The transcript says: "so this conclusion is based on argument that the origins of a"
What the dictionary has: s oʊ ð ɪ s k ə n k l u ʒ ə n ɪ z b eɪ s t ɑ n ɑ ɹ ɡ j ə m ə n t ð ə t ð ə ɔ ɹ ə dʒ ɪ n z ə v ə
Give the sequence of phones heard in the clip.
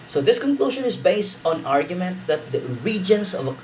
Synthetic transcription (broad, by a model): s oʊ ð ɪ s k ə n k l u ʃ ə n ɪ s b eɪ s t ɑ n ɑ ɹ ɡ j ə m ə n t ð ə t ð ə ɹ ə dʒ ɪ n s ə v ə